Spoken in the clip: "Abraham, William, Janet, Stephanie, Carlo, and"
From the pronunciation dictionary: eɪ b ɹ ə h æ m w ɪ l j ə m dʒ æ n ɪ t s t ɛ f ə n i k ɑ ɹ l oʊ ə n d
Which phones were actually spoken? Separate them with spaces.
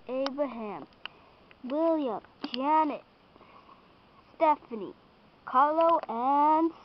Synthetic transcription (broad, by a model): eɪ b ɹ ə h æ m w ɪ l j ə m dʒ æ n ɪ t s t ɛ f ə n i k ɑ l oʊ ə n